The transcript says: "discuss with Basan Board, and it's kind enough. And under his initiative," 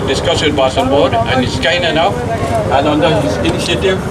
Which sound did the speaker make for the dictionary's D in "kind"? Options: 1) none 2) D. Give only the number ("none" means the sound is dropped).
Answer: 1